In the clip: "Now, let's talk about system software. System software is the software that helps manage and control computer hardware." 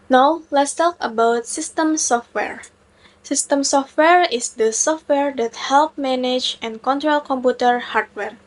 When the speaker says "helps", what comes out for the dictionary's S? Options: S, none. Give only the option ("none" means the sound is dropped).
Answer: none